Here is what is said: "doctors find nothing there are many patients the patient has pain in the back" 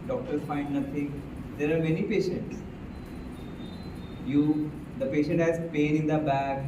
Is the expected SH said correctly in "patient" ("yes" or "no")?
yes